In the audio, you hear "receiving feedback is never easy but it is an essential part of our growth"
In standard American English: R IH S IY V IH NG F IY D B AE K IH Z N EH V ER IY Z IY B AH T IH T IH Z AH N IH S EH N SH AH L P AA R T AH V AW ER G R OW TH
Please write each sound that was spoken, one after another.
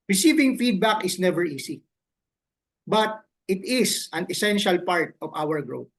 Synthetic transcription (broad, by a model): R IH S IY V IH NG F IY D B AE K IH S N EH V ER IY S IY B AH T IH T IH S AH N IH S EH N SH AH L P AA R T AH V AW ER G R OW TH